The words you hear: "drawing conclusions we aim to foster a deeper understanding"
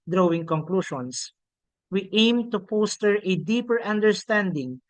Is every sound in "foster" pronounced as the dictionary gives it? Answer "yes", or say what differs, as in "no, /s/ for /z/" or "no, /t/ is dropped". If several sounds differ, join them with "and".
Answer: no, /p/ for /f/